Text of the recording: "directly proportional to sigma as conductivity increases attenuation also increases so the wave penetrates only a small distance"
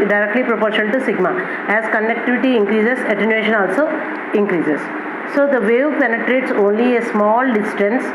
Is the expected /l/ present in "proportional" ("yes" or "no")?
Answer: no